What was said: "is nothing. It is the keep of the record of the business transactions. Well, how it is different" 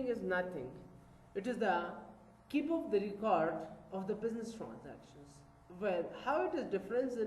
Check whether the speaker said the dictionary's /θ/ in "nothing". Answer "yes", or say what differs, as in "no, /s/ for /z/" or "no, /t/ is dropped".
no, /t/ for /θ/